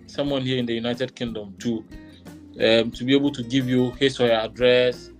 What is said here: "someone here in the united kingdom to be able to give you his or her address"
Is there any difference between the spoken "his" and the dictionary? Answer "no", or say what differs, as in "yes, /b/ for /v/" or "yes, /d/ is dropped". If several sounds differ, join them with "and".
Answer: yes, /s/ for /z/